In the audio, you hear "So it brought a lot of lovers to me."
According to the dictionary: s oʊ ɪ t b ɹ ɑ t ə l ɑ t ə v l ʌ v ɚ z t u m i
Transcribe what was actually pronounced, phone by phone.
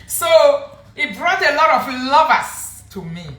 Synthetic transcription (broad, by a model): s oʊ ɪ t b ɹ ɑ t ə l ɑ t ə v l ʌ v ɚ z t u m i